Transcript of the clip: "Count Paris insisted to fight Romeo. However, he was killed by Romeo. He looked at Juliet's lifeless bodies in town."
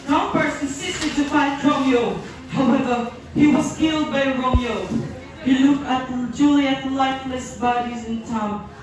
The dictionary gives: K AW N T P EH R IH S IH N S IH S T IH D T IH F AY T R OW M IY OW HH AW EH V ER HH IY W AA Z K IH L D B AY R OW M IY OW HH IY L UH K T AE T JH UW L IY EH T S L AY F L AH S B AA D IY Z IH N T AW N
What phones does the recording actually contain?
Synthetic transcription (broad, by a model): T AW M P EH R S IH N S IH S T IH D T IH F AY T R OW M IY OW HH AW EH V ER HH IY W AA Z K IH L D B AY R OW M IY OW HH IY L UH K AE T JH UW L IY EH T L AY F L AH S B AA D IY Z IH N T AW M